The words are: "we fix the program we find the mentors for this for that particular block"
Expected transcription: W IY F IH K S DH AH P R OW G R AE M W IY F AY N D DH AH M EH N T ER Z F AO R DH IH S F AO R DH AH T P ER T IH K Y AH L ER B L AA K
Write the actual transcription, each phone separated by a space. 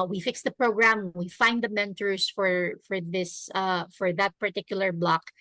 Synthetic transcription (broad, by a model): W IY F IH K S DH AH P R OW G R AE M W IY F AY N D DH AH M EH N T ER S F AO R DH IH S F AO R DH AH T P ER T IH K Y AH L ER B L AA K